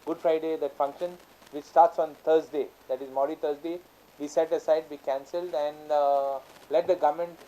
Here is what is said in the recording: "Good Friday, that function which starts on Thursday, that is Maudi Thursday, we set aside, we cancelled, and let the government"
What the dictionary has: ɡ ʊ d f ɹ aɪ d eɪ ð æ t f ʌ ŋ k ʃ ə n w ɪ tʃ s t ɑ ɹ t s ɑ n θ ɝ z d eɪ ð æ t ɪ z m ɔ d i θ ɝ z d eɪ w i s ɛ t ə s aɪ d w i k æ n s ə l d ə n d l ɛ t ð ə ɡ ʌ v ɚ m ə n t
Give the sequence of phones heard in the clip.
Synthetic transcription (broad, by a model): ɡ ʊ d f ɹ aɪ d eɪ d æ t f ʌ ŋ k ʃ ə n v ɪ tʃ s t ɑ ɹ t s ɑ n t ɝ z d eɪ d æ t ɪ z m ɔ d i t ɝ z d eɪ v i s ɛ t ə s aɪ d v i k æ n s ə l d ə n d l ɛ t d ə ɡ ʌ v m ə n t